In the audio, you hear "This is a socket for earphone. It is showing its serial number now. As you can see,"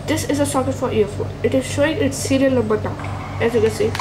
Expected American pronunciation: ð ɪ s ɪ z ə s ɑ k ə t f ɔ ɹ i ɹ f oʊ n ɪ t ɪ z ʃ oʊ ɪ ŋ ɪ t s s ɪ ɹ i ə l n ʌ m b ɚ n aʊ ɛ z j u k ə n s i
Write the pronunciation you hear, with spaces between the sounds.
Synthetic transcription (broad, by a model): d ɪ s ɪ z ə s ɑ k ə t f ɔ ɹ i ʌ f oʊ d ɪ t ɪ z ʃ oʊ ɪ ŋ ɪ t s s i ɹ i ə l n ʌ b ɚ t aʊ ɛ z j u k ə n s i